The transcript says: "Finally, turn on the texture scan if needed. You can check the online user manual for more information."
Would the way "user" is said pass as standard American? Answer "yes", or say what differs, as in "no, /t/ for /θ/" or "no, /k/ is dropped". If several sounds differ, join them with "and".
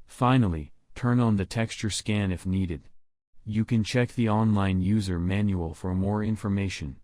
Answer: yes